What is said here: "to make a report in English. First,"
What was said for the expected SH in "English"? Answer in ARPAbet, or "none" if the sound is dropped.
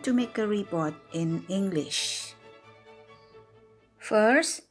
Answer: SH